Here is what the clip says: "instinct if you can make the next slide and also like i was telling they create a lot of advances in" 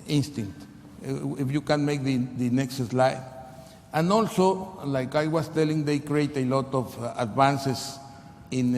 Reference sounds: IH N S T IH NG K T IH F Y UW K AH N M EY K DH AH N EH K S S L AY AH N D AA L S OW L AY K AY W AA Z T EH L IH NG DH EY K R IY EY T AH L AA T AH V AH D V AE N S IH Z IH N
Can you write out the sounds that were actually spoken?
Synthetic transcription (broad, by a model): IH N S T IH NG K T IH F Y UW K AH N M EY K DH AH N EH K S S L AY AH N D AA L S OW L AY K AY W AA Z T EH L IH NG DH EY K R IY EY T AH L AA T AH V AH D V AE N S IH S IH N